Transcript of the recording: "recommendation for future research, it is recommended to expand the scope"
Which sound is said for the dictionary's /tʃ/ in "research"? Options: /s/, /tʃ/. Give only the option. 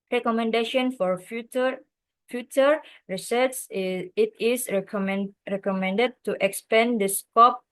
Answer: /s/